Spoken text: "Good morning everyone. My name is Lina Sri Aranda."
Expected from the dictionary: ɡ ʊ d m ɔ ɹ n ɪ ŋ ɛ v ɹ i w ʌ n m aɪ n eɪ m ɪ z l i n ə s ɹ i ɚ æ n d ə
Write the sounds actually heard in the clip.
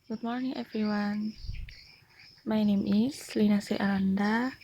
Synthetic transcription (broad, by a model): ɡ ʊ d m ɔ ɹ n ɪ ŋ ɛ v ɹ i w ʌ n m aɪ n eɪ m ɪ s l i n ə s i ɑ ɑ n d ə